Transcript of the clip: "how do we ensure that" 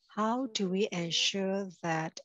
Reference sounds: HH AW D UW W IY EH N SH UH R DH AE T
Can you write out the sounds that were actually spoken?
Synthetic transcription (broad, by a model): HH AW D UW W IY EH N SH UH R DH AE T